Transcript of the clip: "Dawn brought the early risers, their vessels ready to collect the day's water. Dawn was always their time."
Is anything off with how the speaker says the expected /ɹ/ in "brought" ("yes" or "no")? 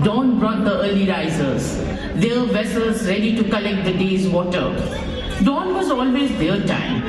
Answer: no